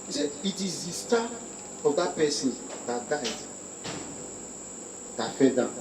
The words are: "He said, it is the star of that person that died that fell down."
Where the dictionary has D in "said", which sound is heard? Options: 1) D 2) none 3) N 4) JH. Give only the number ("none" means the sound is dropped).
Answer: 2